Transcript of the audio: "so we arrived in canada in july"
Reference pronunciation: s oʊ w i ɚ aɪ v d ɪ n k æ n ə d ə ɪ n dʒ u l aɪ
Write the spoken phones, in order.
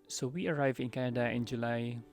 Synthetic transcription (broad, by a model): s oʊ w i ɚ aɪ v ɪ n k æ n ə d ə ɪ n dʒ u l aɪ